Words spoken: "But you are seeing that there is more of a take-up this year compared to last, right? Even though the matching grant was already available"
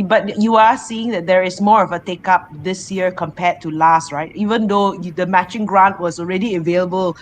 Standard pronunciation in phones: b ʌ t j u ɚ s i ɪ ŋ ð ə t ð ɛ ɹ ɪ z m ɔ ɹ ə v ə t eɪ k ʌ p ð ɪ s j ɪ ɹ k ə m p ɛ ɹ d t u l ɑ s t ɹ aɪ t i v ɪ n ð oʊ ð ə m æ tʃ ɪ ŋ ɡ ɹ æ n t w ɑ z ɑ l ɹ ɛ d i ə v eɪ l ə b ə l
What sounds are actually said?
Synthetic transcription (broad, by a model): b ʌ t j u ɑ s i ɪ ŋ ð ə t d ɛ ɹ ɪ s m ɔ ɹ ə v ə t eɪ k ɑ p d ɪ s j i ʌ k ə m p ɛ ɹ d t u l ɑ s t ɹ aɪ t i v ɪ n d oʊ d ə m æ tʃ ɪ ŋ ɡ ɹ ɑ n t w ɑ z ɑ l ɹ ɛ d i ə v eɪ l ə b ə l